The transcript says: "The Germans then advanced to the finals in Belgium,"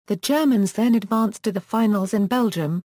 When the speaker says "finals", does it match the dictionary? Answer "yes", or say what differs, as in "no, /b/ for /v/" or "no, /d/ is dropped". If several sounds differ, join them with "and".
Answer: yes